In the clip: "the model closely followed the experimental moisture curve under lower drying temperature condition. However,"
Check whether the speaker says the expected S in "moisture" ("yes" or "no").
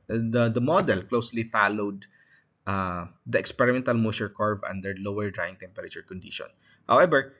no